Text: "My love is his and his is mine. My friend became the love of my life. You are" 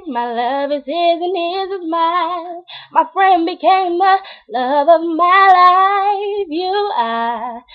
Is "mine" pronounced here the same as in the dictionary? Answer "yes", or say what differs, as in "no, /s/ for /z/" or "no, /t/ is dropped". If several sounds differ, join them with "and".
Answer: no, /l/ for /n/